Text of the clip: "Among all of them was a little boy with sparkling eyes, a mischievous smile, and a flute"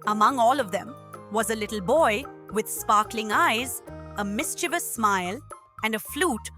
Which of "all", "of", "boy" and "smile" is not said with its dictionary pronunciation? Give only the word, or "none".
none